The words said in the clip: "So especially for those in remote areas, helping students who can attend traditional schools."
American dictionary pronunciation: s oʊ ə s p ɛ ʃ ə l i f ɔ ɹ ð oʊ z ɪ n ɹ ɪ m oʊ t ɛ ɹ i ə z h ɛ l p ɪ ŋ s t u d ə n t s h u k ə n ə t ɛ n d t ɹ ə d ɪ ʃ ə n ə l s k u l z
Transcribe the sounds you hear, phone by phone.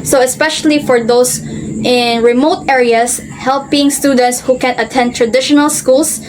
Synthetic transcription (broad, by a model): s oʊ ə s p ɛ ʃ ə l i f ɔ ɹ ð oʊ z ɪ n ɹ ɪ m oʊ t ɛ ɹ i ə s h ɛ l p ɪ ŋ s t u d ə n t s h u k ə n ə t ɛ n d t ɹ ə d ɪ ʃ ə n ə l s k u l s